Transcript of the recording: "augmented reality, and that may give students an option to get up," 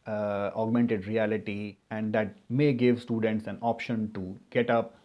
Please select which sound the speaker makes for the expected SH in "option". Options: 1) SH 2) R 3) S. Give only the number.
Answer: 1